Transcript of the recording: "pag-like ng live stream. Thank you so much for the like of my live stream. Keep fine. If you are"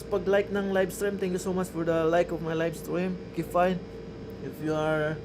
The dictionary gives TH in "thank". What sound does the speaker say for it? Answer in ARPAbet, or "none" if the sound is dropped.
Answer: T